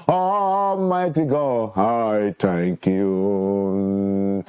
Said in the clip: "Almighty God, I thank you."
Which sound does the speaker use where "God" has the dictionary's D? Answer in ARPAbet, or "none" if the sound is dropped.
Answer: none